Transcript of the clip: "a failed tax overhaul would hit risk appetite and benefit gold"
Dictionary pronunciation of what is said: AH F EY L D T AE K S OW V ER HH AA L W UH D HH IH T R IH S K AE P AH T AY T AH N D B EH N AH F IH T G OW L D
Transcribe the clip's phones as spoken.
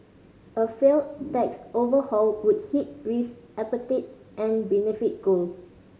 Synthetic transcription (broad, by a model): AH F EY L T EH K S OW V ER HH AA L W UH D HH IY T R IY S AE P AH T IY T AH N B EH N AH F IH T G OW L